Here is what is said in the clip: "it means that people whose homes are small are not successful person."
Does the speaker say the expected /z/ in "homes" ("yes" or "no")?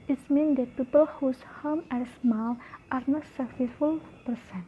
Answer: no